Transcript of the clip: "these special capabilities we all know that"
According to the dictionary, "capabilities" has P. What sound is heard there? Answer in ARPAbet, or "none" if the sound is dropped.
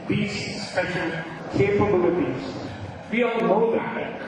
F